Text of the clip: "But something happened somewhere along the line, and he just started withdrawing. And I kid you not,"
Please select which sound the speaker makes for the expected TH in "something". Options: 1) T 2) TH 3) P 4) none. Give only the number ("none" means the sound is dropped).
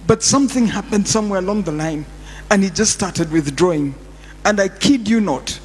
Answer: 2